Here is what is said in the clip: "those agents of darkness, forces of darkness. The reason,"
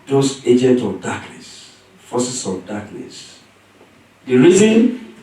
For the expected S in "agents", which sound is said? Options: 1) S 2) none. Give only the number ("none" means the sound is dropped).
2